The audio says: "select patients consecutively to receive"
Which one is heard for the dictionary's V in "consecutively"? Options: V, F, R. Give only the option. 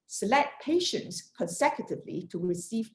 V